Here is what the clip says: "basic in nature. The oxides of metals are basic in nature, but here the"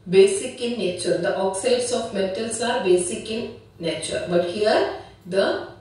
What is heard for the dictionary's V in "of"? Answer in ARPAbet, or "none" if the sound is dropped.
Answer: F